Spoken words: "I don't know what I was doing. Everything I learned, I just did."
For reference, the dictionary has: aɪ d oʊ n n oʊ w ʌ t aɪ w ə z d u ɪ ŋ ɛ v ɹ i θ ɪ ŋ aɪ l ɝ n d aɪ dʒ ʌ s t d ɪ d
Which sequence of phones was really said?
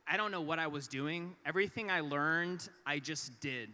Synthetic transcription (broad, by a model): aɪ d oʊ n n oʊ w ʌ t aɪ w ə z d u ɪ ŋ ɛ v ɹ i θ ɪ ŋ aɪ l ɝ n d aɪ dʒ ʌ s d ɪ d